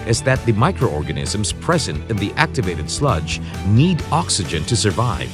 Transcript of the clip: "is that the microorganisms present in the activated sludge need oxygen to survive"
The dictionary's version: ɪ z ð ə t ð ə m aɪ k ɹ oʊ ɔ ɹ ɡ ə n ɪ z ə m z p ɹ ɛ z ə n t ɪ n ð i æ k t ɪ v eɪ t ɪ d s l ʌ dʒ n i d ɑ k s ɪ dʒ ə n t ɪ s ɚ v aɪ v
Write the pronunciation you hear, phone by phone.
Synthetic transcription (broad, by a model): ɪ z ð ə t ð ə m aɪ k ɹ oʊ ɔ ɹ ɡ ə n ɪ z ə m z p ɹ ɛ z ə n t ɪ n ð i æ k t ɪ v eɪ t ɪ d s l ʌ dʒ n i d ɑ k s ɪ dʒ ə n t ɪ s ɚ v aɪ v